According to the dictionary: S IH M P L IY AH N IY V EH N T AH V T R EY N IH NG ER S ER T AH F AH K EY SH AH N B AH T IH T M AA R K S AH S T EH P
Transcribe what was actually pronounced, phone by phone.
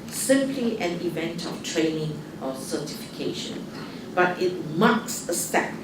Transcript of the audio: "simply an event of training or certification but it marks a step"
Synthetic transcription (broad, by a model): S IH M P L IY AH N IY V EH N T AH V T R EY N IH NG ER S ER T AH F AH K EY SH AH N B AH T IH T M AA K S AH S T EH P